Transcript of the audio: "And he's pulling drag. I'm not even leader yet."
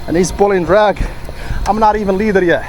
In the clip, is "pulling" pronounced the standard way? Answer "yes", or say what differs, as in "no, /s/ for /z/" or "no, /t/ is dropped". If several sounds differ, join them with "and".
no, /b/ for /p/